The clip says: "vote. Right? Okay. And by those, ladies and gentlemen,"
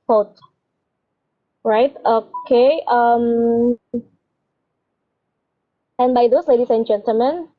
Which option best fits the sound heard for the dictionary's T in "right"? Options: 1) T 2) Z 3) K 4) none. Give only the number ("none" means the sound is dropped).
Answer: 1